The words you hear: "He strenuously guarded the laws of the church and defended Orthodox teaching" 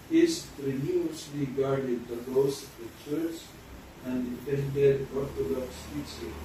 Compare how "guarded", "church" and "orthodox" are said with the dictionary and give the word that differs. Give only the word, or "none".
orthodox